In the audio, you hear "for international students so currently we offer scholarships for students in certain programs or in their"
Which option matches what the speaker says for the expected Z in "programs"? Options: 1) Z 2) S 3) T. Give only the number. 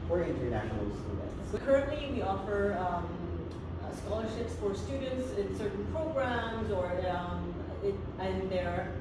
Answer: 1